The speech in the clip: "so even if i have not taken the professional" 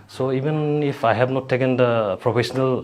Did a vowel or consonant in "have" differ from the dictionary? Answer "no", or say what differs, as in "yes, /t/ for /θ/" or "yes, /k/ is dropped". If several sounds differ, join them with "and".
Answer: yes, /b/ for /v/